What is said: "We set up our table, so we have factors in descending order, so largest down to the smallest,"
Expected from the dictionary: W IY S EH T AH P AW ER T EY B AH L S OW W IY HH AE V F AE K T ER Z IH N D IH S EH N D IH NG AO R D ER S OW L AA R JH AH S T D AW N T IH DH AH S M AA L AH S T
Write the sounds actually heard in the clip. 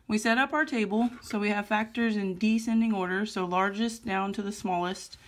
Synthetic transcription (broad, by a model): W IY S EH T AH P AW ER T EY B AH L S OW W IY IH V F AE K T ER Z IH N D IH S EH N D IH NG AO R D ER S OW L AA R JH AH S D AW N T IH DH AH S M AA L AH S T